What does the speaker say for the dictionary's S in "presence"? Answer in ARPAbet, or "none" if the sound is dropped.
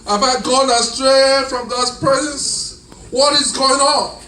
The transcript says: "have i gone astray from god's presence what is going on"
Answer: S